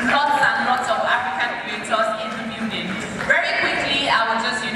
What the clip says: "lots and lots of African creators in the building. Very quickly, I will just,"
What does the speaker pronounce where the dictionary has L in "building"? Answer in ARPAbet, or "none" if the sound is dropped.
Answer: none